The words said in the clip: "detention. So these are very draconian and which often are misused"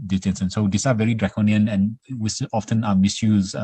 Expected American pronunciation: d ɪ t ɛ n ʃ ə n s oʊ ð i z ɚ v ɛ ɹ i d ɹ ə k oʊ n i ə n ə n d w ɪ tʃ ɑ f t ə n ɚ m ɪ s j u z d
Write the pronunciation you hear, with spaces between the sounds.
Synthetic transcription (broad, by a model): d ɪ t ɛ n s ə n s oʊ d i s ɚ v ɛ ɹ i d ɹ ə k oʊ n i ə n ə n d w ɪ s ɑ f t ə n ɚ m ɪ s j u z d